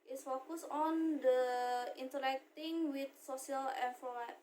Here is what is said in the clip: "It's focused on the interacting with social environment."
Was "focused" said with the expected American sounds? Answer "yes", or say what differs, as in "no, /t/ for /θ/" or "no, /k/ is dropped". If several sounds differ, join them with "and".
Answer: no, /t/ is dropped